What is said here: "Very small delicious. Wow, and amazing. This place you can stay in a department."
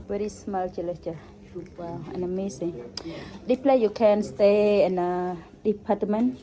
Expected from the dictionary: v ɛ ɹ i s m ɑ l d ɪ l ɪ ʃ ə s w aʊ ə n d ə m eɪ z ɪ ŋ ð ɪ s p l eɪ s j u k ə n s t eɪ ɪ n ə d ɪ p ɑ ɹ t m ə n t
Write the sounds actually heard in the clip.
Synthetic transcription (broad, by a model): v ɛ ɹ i s m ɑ l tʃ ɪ l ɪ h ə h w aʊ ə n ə m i s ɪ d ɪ p l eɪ j u k ə n s t eɪ ɪ n ə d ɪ p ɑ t m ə n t